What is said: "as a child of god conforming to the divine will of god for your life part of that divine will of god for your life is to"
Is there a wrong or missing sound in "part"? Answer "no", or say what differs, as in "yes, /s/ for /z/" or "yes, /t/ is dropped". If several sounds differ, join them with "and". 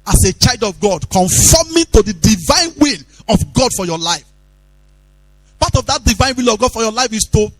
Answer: yes, /b/ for /p/